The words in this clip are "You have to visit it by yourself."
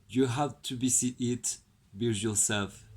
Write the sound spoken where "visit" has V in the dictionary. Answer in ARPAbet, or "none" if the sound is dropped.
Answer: B